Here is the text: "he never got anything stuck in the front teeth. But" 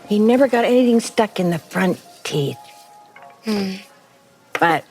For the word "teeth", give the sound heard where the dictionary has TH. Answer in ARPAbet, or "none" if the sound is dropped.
TH